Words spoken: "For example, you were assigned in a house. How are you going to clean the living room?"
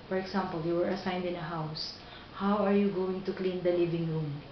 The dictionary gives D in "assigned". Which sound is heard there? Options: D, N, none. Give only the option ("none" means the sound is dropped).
D